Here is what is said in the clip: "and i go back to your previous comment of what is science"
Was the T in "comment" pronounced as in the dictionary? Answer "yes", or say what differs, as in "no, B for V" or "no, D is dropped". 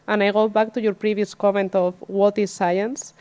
yes